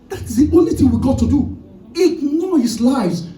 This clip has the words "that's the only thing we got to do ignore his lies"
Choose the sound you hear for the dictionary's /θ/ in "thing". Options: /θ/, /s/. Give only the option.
/θ/